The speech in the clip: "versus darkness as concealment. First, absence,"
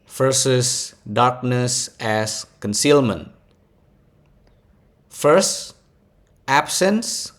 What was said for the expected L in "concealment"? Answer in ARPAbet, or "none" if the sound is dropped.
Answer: L